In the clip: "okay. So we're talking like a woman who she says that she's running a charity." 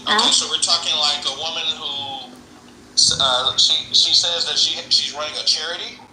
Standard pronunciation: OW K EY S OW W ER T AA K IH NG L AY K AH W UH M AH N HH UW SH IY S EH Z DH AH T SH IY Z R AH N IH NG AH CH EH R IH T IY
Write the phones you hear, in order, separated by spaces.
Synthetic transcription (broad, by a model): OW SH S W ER T AA K IH NG L AY K AH W UH M AH N HH UW SH IY S EH Z DH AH T SH IY Z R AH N IH NG AH CH EH R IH T IY